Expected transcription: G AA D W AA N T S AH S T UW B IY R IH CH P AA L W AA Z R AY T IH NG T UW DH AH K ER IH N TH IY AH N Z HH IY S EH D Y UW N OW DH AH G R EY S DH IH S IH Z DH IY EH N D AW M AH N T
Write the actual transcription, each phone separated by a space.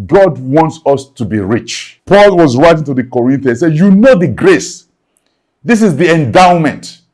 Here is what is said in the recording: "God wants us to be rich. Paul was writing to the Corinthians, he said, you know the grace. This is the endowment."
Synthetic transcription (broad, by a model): G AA D W AA N T S AH S T UW B IY R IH CH P AA L W AA Z R AY T IH NG T UW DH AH K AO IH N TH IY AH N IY S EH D Y UW N OW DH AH G R EY S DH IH S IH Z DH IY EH N D AW M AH N T